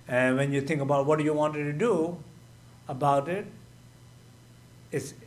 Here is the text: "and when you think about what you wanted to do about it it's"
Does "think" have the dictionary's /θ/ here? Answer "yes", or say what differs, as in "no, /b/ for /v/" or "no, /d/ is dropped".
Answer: no, /t/ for /θ/